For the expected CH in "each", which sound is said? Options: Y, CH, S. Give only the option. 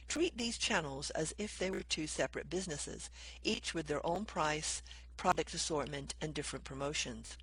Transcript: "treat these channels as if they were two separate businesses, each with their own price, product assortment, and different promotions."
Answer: CH